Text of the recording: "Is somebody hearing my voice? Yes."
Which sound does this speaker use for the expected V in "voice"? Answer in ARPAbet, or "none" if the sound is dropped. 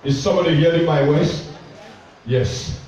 W